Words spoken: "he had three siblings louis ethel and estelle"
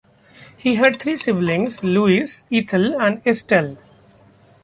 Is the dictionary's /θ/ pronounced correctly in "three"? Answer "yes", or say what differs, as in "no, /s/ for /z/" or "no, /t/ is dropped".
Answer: no, /t/ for /θ/